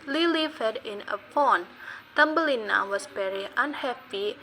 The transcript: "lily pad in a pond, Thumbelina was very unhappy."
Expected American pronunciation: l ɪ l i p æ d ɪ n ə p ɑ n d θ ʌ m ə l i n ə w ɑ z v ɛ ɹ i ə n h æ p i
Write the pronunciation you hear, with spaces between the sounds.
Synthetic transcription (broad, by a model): l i l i f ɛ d ɪ n ə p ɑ n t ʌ m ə l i n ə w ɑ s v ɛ ɹ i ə n h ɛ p i